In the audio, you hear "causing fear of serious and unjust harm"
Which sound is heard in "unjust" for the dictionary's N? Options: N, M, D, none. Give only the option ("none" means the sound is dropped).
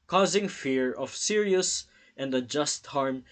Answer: none